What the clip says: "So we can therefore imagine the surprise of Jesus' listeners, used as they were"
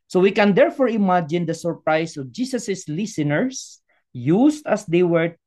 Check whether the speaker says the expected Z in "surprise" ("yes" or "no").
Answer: no